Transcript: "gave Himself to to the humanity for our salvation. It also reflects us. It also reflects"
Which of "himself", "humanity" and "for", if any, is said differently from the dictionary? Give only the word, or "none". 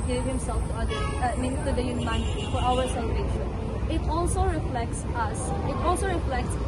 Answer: humanity